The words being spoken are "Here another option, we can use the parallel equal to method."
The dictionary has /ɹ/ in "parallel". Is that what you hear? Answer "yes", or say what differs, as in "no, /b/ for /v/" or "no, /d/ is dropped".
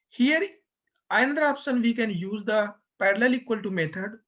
yes